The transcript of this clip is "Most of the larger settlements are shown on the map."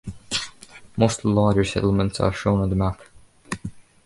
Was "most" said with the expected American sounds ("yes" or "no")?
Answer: no